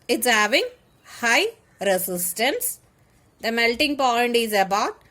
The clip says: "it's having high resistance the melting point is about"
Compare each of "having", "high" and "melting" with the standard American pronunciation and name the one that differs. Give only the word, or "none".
none